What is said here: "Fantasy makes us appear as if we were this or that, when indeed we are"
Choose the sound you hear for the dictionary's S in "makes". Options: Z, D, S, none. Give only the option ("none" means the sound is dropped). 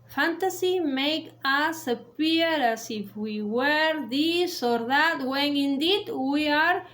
none